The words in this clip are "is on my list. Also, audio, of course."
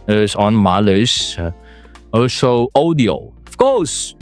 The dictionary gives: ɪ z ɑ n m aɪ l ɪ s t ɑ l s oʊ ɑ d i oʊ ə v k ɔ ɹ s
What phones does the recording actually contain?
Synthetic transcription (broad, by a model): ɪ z ɑ n m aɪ l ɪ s ɑ l s oʊ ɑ d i oʊ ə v k ɔ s